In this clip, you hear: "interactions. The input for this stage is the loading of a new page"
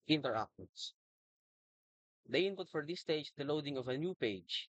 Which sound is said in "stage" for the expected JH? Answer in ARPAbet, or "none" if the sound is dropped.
none